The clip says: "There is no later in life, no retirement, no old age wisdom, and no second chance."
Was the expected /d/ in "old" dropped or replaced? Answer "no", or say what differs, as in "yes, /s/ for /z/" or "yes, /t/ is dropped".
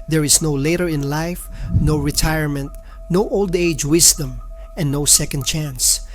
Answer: no